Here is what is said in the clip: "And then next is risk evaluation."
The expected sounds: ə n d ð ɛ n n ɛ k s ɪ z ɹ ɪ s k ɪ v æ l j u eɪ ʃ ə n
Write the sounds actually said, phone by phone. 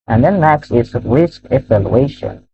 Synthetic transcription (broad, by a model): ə n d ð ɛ n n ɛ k s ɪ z ɹ ɪ s k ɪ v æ l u eɪ ʃ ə n